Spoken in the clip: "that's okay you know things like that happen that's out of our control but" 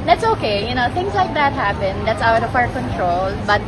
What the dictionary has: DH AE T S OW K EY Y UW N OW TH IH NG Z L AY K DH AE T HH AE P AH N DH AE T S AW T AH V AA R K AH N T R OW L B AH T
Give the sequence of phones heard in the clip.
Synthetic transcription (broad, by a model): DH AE T S OW K EY Y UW N OW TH IH NG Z L AY K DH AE T HH AE P AH N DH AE T S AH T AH P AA R K AH N T R OW L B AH T